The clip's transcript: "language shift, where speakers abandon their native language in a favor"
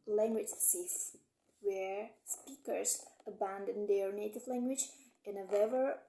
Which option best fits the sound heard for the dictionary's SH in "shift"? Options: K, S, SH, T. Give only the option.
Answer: S